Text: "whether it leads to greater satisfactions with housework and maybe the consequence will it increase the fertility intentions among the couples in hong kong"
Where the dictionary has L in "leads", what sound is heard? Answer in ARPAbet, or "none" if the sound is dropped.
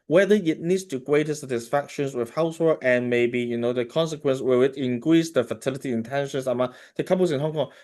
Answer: N